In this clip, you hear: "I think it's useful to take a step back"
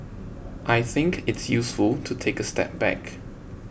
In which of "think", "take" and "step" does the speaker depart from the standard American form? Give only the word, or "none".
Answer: none